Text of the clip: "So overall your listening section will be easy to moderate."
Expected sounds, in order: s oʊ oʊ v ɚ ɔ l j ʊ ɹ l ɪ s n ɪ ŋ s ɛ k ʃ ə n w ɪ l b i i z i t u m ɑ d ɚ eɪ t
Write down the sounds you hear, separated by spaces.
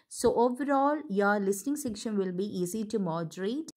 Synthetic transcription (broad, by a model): s oʊ oʊ v ɚ ɔ l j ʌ ɹ l ɪ s n ɪ ŋ s ɛ k ʃ ə n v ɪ l b i i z i t u m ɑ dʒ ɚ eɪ t